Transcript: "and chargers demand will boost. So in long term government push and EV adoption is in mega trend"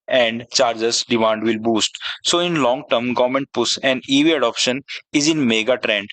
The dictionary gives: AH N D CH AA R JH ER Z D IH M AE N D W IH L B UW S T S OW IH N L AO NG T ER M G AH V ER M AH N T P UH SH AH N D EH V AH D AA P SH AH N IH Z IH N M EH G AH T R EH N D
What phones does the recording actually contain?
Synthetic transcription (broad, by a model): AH N D CH AA R JH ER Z D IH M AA N D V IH L B UW S T S OW IH N L AO NG T ER M G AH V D M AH N T P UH S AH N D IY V AH D AA P SH AH N IH Z IH N M EH G AH T R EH N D